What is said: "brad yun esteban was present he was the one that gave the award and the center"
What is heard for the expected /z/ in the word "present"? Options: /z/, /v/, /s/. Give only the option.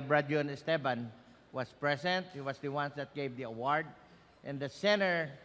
/s/